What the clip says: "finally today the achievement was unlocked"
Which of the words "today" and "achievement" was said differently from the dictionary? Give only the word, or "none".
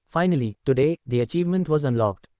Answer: none